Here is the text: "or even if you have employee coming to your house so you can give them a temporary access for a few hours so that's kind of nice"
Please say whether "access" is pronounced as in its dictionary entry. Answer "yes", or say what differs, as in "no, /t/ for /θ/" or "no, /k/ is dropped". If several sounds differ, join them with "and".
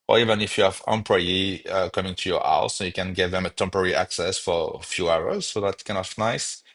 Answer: yes